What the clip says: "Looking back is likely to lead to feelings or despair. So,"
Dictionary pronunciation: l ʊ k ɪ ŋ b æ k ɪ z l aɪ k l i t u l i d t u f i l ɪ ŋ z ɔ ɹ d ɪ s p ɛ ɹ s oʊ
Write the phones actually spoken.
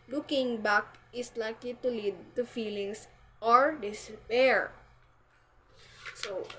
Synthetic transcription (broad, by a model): l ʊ k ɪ ŋ b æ k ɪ s l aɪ k l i t u l i d t u f i l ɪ ŋ s ɔ ɹ d ɪ s p ɛ ɹ s oʊ